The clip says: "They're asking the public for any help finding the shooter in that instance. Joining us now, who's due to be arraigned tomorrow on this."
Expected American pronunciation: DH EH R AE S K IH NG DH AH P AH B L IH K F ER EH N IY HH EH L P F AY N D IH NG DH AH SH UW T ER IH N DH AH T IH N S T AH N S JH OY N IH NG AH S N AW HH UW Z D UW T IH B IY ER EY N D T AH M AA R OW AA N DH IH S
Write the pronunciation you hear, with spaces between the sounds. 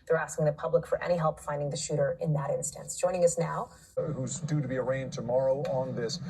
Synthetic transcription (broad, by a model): DH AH R AE S K IH NG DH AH P AH B L IH K F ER EH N IY HH EH L P F AY N D IH NG DH AH SH UW T ER IH N DH AH T IH N S T AH N S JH OY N IH NG AH S N AW HH UW Z D UW T IH B IY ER EY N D T AH M AA R OW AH N DH IH S